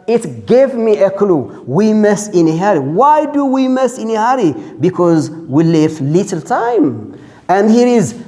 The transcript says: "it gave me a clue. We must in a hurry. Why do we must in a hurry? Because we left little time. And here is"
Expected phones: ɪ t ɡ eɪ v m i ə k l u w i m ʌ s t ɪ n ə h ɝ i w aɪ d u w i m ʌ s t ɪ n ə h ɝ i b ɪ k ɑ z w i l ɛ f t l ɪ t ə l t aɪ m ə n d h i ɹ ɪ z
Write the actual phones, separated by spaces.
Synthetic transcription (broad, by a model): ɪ t ɡ eɪ v m i ə k l u w i m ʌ s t ɪ n ə h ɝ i w aɪ d u w i m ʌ s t ɪ n ə h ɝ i b ɪ k ɑ z w i l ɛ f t l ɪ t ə l t aɪ m ə n d h i ɹ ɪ z